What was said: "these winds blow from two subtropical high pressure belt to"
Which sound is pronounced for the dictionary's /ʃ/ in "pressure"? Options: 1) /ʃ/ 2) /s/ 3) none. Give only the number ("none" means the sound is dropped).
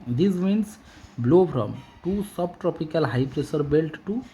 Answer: 2